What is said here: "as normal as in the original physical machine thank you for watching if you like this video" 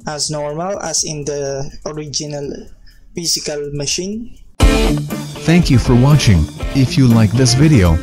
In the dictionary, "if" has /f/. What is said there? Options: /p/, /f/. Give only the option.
/f/